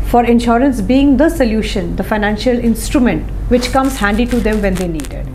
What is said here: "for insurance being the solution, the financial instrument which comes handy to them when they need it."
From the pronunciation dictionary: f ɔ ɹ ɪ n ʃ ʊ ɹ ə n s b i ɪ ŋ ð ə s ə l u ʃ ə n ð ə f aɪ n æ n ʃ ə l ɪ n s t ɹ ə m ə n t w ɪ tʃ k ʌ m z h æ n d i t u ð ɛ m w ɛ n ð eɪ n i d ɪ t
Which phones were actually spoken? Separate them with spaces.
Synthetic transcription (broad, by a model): f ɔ ɹ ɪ n ʃ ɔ ɹ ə n s b i ɪ ŋ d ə s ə l u ʃ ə n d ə f aɪ n æ n ʃ ə l ɪ n s t ɹ ə m ə n t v ɪ tʃ k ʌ m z h æ n d i t u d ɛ m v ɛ n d eɪ n i d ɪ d